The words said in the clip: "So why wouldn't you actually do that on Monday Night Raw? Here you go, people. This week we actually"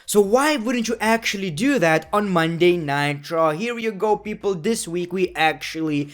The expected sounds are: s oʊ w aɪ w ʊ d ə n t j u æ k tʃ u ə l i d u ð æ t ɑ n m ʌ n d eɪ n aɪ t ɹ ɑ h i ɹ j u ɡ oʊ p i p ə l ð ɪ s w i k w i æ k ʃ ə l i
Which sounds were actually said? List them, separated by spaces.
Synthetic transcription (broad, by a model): s oʊ w aɪ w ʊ d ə n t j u æ k tʃ u ə l i d u ð æ t ɑ n m ʌ n d eɪ n aɪ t ɹ ɑ h i ɹ j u ɡ oʊ p i p ə l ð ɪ s w i k w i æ k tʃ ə l i